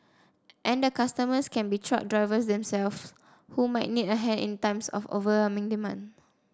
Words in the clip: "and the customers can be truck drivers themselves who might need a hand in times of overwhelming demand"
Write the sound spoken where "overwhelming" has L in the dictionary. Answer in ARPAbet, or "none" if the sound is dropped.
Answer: none